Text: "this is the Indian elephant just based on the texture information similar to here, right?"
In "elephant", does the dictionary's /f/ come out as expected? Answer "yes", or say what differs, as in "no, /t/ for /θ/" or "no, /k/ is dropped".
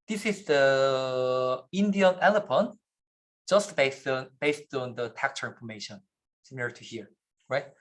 no, /p/ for /f/